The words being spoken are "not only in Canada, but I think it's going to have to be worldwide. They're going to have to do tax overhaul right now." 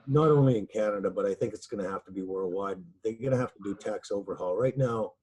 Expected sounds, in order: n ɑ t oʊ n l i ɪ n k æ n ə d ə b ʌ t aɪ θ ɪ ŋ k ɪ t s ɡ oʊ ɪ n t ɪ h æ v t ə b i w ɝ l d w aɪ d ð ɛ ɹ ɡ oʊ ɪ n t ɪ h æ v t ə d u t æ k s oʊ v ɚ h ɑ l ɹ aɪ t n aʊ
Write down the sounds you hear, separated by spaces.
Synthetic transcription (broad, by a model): n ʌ t oʊ n l i ɪ n k æ n ə d ə b ʌ t aɪ θ ɪ ŋ k ɪ t s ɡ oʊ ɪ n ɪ h æ f t ə b i w ɝ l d w aɪ d ð ɛ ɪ ɡ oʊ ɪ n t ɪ h æ f t ə d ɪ t æ k s oʊ v ɚ h ɑ l ɹ aɪ t n aʊ